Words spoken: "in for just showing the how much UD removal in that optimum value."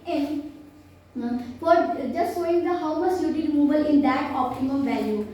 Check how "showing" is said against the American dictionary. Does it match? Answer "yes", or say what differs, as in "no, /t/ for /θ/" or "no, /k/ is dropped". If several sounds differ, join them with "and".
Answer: no, /s/ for /ʃ/